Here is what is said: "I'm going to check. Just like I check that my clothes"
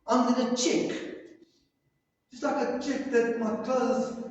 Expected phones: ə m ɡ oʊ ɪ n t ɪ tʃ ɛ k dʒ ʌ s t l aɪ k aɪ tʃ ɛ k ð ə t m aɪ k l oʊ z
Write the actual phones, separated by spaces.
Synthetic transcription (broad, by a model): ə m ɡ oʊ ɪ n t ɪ tʃ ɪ k dʒ ʌ s t l aɪ k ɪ tʃ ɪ k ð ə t m aɪ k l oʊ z